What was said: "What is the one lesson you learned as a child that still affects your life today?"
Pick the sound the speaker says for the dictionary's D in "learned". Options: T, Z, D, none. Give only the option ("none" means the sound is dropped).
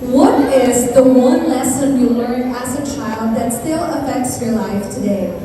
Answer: none